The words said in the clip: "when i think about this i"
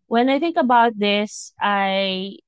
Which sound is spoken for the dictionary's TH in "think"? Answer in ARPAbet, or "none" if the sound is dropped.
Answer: TH